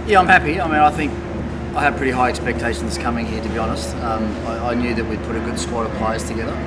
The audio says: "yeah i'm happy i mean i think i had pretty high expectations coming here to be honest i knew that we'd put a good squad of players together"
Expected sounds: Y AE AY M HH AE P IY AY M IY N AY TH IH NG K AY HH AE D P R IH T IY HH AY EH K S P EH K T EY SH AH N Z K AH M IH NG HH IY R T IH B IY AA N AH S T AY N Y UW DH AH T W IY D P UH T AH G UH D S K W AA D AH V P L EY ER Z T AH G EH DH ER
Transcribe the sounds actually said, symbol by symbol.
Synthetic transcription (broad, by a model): Y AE AY M HH AE P IY AY M IY N AY TH IH NG K AY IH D P R IH T IY HH AY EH K S P EH K T EY SH N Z K AH M IH NG HH IY R T IH B IY AA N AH S T AY N Y UW DH AH T W IY D P UH T AH G UH D S K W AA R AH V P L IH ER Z T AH G EH DH ER